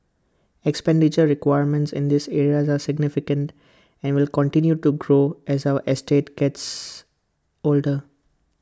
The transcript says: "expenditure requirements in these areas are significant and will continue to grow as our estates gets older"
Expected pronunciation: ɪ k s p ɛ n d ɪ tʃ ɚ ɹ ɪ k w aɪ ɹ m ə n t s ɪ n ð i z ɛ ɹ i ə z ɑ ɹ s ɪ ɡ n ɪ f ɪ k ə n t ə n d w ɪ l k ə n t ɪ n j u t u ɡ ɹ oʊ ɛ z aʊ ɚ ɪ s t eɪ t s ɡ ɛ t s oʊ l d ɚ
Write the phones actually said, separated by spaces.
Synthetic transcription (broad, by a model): ɪ k s p ɛ n d ɪ tʃ ɚ ɹ ɪ k w aɪ ɹ m ə n t s ɪ n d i s ɛ ɹ i ə z ɑ ɹ s ɪ ɡ n ɪ f ɪ k ə n t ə n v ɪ l k ə n t ɪ n j u t u ɡ ɹ oʊ ɛ z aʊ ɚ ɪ s t eɪ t ɡ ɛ t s oʊ l d ɚ